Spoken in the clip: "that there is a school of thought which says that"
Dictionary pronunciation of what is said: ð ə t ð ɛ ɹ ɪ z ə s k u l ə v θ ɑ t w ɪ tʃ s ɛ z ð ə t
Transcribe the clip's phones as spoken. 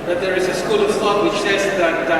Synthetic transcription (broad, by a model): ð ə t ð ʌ ɹ ɪ z ə s k u l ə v t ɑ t w ɪ tʃ s ɛ z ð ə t